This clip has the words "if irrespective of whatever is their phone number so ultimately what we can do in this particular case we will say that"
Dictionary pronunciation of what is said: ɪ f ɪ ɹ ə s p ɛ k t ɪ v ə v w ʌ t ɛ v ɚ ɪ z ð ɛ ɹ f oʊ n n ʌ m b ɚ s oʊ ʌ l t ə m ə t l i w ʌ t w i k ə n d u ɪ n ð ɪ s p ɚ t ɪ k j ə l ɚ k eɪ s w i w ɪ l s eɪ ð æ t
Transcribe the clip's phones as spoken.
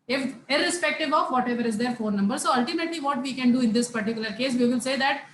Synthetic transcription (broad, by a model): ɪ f ɪ ɹ ə s p ɛ k t ɪ v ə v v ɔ t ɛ v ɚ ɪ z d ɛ ɹ f oʊ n n ʌ m b ɚ s oʊ ʌ l t ə m ə t l i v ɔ t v i k ə n d u ɪ n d ɪ s p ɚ t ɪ k j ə l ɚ k eɪ s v i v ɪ l s eɪ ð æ t